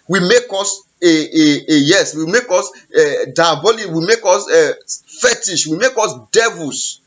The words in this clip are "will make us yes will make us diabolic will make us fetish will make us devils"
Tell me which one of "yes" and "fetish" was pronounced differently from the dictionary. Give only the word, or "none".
none